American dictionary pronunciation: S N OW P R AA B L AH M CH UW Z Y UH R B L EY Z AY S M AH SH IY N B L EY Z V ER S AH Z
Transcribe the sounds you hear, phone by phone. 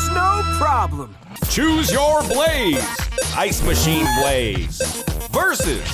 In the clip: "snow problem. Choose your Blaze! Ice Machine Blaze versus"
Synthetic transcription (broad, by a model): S N OW P R AA B L AH M CH UW Z Y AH R B L EY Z AY S M AH SH IY N B L EY Z V ER S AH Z